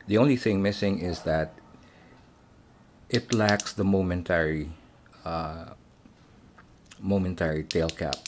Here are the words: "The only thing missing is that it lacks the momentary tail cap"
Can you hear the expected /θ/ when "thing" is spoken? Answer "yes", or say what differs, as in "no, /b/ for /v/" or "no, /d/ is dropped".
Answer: yes